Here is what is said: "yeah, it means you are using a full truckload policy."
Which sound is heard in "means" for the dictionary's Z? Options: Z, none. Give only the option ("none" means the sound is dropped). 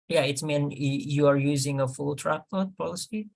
none